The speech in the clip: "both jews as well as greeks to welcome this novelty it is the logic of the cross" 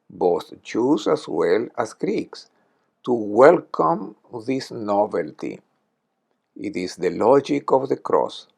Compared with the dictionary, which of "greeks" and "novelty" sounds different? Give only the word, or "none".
none